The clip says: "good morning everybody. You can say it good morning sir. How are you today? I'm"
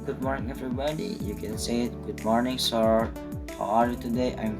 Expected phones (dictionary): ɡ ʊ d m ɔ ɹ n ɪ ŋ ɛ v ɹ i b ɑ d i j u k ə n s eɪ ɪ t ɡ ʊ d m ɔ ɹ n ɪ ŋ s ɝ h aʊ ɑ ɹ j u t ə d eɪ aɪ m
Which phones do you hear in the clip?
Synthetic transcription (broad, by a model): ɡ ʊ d m ɔ ɹ n ɪ ŋ ɛ v ɹ i b ɑ d i j u k ə n s eɪ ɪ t ɡ ʊ d m ɔ ɹ n ɪ ŋ s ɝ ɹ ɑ l j u t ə d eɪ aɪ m